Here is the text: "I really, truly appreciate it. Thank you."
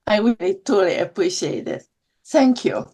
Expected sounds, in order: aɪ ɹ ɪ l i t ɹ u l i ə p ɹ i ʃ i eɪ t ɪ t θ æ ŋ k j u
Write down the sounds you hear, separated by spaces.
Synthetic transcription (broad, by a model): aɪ w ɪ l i t u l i ə p ɹ i ʃ i eɪ t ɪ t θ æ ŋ k j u